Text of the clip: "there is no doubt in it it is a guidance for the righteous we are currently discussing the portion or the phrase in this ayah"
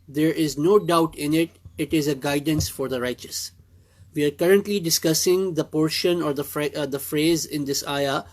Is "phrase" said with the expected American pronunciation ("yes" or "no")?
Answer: yes